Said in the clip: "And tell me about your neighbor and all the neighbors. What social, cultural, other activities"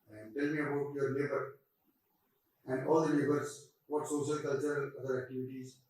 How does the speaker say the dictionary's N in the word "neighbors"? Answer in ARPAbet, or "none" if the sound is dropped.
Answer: L